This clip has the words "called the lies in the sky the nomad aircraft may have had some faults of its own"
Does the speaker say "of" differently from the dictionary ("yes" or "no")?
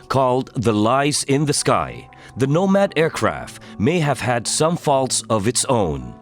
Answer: no